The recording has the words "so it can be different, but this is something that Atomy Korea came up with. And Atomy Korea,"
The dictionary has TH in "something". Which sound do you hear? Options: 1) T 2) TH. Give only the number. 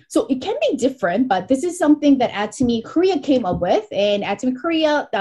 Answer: 2